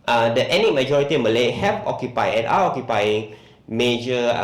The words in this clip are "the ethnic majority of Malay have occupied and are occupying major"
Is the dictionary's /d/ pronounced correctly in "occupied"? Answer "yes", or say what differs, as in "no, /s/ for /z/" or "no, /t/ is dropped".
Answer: no, /d/ is dropped